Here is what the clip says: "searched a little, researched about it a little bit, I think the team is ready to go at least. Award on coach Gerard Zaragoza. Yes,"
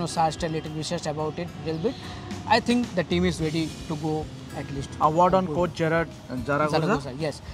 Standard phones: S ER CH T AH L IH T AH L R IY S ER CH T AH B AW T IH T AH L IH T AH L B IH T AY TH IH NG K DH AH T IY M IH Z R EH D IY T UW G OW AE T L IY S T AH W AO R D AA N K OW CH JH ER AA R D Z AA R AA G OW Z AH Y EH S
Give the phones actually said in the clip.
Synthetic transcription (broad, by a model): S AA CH T AH L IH T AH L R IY SH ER S T AH B AW T IH T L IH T L B IH T AY T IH NG K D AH T IY M IH Z R EH D IY T UW G OW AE T L IY S T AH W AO R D AA N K OW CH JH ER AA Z D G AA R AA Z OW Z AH Y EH S